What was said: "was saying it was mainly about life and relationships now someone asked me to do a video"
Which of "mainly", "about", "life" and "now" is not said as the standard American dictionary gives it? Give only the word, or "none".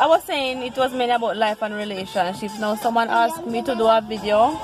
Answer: mainly